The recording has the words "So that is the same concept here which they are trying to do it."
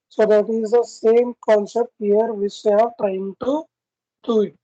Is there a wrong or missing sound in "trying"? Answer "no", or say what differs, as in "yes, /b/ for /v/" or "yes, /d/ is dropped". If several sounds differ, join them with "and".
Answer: yes, /ɹ/ is dropped